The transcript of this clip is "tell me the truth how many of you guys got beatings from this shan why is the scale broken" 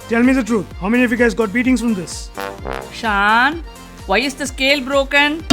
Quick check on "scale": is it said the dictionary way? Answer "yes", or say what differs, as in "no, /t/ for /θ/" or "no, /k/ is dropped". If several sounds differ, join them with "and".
yes